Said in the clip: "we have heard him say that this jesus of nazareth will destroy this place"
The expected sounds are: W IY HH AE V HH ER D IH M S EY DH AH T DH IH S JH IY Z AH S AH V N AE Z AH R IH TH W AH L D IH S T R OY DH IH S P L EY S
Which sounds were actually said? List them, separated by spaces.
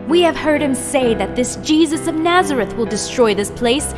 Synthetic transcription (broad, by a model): W IY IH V HH ER D IH M S EY DH AH T DH IH S JH IY Z AH S AH V N AE Z AH R IH TH W AH L D IH S T R OY DH IH S P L EY S